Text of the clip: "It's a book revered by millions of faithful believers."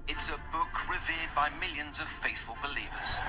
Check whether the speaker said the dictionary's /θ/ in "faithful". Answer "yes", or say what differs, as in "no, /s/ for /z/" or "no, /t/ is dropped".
yes